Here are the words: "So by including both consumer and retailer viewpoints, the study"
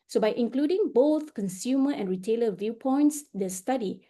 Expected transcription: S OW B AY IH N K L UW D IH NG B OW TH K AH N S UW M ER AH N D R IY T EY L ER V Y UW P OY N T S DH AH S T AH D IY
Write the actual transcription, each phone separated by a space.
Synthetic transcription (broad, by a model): S OW B AY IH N K L UW D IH NG B OW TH K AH N S UW M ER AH N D R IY T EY L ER V Y UW P OY N T S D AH S T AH D IY